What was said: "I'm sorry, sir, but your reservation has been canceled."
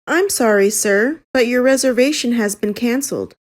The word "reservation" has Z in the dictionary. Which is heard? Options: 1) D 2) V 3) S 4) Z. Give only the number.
4